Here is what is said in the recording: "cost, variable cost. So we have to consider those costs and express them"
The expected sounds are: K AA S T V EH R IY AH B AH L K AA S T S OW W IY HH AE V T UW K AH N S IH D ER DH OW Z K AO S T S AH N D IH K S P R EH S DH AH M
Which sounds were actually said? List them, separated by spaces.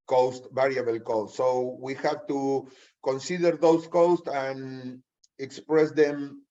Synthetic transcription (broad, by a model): K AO S T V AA R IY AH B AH L K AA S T S OW W IY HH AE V T UW K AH N S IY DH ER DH OW S K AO S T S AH N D IH K S P R EH S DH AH M